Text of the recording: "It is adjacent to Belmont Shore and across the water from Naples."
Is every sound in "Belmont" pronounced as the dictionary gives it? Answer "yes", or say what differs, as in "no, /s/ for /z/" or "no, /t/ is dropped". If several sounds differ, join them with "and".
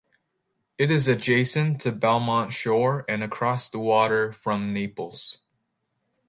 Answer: yes